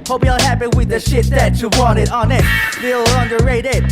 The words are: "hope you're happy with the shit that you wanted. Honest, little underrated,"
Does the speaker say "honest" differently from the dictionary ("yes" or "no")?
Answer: yes